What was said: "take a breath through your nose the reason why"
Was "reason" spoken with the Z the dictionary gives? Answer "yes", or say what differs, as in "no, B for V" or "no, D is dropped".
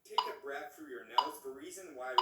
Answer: yes